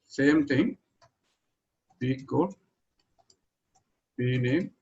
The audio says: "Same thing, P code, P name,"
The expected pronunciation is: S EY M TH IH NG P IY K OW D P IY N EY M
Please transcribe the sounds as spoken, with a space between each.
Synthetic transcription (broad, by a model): S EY M T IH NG B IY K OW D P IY N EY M